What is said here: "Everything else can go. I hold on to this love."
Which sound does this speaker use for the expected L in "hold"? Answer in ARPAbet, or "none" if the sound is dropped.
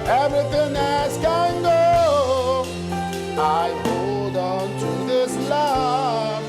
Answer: none